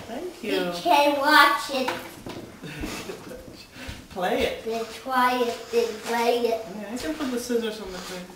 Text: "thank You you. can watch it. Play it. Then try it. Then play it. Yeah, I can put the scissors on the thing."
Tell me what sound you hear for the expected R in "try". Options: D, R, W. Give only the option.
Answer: W